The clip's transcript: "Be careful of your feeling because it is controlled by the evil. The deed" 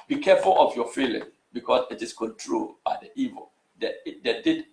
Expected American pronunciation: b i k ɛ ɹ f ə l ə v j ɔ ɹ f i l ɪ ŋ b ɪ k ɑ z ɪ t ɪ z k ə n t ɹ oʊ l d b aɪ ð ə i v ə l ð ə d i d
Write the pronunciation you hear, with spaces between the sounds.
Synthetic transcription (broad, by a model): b i k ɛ f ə l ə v j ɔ f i l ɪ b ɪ k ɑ s ɪ t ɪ s k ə n t ɹ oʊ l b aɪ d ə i v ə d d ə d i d